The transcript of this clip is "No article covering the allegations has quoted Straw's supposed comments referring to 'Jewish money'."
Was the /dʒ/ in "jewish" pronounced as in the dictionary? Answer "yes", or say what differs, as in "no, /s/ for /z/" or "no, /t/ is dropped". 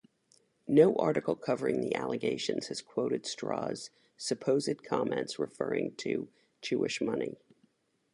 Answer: no, /tʃ/ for /dʒ/